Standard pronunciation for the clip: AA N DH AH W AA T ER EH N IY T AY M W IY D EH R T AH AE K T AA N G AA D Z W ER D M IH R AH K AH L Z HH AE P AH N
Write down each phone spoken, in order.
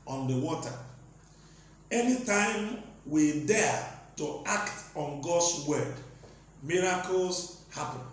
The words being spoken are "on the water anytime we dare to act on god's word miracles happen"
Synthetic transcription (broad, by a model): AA N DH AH W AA T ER EH N IY T AY M W IY D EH T AH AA K T AA N G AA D S W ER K M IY R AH K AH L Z HH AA P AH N